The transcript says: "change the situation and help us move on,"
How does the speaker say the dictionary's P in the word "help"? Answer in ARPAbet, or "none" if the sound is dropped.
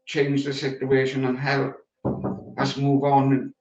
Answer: none